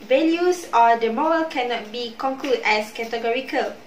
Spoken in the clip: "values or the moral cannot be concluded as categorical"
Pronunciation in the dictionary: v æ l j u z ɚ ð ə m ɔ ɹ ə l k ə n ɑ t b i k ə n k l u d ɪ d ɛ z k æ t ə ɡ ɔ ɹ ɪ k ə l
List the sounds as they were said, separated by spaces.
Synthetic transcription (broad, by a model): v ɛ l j u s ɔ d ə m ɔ ə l k ə n ɑ t b i k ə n k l u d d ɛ s k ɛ t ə ɡ ɔ ɹ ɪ k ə l